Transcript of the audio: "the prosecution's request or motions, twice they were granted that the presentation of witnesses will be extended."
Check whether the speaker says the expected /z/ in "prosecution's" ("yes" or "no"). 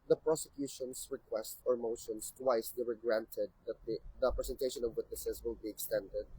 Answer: no